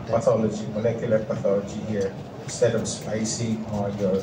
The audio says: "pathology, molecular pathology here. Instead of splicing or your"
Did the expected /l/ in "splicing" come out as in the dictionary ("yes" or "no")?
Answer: no